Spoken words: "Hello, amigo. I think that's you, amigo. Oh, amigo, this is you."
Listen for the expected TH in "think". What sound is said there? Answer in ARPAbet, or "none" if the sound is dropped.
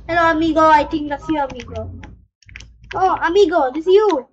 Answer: T